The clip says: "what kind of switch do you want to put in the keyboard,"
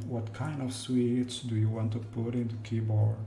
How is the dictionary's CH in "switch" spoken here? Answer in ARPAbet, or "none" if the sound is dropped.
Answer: S